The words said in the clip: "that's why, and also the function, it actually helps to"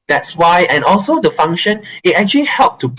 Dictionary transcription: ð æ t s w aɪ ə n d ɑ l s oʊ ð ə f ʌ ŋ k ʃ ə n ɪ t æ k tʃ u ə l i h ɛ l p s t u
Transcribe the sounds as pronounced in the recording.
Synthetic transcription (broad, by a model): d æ t s w aɪ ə n ɑ l s oʊ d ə f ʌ ŋ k ʃ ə n ɪ t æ k tʃ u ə l i h ɛ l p t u